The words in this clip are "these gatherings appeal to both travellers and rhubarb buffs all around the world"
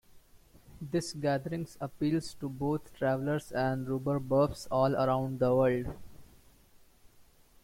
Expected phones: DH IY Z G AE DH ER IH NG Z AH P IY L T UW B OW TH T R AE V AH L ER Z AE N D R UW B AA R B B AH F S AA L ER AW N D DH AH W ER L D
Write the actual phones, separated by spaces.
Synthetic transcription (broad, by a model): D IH S G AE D ER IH NG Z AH P IY L T UW B OW T T R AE V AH L ER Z AE N D R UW B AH R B B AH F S AA L ER AW N D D AH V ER L D